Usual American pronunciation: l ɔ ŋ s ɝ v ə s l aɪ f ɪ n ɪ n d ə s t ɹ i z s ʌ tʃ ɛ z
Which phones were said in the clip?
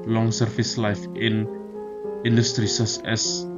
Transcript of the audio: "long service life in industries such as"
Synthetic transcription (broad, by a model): l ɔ ŋ s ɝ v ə s l aɪ f ɪ n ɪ n d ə s t ɹ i s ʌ s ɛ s